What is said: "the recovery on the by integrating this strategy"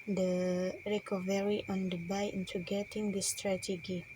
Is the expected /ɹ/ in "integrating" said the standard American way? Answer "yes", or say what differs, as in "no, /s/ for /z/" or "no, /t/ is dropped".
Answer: no, /ɹ/ is dropped